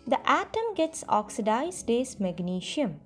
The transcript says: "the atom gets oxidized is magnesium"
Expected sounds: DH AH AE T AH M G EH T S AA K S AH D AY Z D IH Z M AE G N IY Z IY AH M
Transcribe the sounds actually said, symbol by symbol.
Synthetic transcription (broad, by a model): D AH AE T AH M G EH T S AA K S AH D AY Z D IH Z M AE G N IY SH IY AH M